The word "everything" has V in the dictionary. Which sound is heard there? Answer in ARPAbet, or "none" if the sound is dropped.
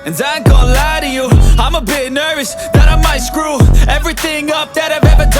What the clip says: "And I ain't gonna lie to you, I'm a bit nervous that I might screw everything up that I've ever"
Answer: V